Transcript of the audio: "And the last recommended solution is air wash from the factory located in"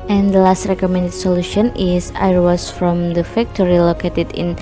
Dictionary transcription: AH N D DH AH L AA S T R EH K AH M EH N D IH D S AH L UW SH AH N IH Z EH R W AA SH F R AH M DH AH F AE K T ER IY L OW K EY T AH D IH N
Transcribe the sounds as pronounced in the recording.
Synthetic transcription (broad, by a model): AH N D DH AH L AA S T R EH K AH M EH N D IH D S AH L UW SH AH N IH S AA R W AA S F R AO M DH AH F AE K T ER IY L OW K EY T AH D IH N